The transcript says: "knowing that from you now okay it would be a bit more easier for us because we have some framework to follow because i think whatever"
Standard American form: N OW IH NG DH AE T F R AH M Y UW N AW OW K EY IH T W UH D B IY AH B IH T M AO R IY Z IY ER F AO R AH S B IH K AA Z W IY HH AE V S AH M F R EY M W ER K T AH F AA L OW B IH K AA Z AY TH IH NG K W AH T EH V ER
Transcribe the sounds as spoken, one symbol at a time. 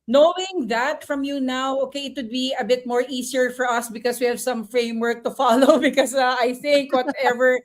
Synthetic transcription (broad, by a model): N OW IH NG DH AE T F R AH M Y UW N AW OW K EY IH T W UH D B IY AH B IH T M AO R IY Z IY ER F AO R AH S B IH K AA S W IY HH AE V S AH M F R EY M W ER K T AH F AA L OW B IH K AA S AY TH IH NG K W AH T EH V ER